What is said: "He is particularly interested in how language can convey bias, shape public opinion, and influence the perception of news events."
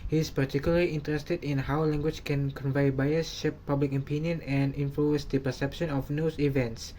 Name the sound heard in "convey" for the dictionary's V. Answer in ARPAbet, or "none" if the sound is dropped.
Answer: V